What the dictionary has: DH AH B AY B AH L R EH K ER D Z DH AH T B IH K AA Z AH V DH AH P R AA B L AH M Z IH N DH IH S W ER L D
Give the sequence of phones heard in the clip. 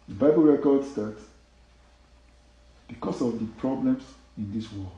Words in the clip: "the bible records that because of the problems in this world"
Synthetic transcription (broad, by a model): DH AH B AY B AH L R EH K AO D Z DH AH T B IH K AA S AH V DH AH P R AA B L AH M S IH N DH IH S W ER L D